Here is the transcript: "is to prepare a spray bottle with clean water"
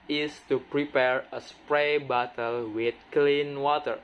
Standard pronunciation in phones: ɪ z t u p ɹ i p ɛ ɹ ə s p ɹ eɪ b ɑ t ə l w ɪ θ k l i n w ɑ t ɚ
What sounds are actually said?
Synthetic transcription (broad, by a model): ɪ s t u p ɹ i p ɛ ɹ ə s p ɹ eɪ b ɑ t ə l w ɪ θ k l i n w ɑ t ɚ